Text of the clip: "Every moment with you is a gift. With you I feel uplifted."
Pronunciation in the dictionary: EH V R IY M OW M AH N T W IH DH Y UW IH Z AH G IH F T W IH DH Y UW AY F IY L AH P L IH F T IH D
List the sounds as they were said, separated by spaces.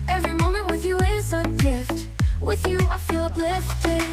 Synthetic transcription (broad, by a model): EH V R IY M OW M AH N T W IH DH Y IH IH S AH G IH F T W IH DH Y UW AY F IY L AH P L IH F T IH